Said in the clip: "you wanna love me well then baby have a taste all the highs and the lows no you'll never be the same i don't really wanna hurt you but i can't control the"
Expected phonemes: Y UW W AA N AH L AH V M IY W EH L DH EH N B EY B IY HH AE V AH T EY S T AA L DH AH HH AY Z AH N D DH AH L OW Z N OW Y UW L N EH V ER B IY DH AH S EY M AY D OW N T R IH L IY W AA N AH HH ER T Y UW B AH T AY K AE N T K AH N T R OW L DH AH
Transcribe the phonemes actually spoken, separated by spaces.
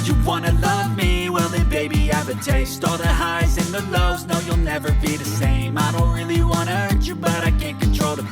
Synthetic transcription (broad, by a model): Y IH W AA N AH L AH V M IY W EH L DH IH B EY B IY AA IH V AH T EY S T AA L DH AH HH AY Z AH N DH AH L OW Z N OW Y UW L N EH V ER B IY DH AH S EY M AY D OW N T R IH L IY W AA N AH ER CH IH B AH T AY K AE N K N T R OW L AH